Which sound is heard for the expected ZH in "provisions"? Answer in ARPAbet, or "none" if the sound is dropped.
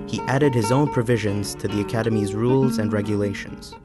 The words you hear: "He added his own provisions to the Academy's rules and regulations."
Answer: ZH